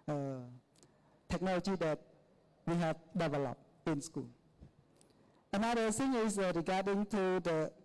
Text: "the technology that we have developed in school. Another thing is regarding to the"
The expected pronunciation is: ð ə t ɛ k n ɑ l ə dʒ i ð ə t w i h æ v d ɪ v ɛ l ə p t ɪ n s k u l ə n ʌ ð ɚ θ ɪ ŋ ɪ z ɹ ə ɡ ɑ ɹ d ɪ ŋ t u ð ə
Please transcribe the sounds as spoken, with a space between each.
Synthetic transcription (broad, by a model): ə t ɛ k n ɑ l ə dʒ i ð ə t w i h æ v d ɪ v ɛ l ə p ɪ n s k u l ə n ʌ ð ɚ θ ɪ ŋ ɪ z ɹ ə ɡ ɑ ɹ d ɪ ŋ t u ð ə